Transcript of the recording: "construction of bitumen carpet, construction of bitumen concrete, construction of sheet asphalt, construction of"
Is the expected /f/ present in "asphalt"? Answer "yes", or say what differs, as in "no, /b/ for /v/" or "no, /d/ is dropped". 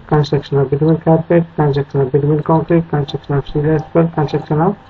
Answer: no, /p/ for /f/